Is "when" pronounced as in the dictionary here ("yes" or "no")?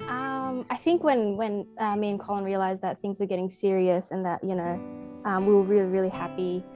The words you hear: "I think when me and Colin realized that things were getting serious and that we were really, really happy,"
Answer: yes